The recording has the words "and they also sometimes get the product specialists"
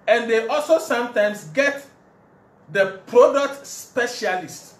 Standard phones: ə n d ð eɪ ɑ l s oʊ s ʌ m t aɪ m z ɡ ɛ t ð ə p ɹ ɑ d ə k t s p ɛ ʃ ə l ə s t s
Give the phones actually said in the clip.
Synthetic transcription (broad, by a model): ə n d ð eɪ ɑ l s oʊ s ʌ m t aɪ m s ɡ ɛ t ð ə p ɹ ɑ d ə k t s p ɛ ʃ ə l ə s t